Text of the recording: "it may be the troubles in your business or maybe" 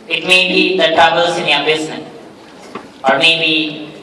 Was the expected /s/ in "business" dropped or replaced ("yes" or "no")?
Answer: yes